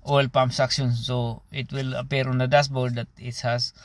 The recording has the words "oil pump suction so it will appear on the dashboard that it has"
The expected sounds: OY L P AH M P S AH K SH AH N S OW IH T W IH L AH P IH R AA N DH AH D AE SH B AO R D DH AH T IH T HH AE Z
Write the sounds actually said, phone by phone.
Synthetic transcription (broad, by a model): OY L P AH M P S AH K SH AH N S OW IH T W IH L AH P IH R AA N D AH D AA S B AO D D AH T IH T HH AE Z